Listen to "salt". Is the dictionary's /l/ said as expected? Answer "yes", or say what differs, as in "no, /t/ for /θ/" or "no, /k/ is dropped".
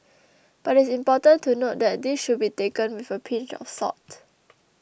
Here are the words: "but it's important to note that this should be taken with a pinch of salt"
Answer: no, /l/ is dropped